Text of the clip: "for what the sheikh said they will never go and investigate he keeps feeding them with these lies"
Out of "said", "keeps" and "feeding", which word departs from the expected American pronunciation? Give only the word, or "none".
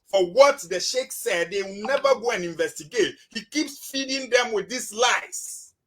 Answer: none